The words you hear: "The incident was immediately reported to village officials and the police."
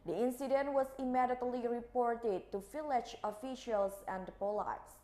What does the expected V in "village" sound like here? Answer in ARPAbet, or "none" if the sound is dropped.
F